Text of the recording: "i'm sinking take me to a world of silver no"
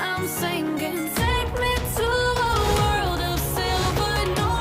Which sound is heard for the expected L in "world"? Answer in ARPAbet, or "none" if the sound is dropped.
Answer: L